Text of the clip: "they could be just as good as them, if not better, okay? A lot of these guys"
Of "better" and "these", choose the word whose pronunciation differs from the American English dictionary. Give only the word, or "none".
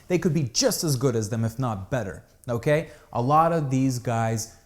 none